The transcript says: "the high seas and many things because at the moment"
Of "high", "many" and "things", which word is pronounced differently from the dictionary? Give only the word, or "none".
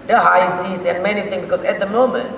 things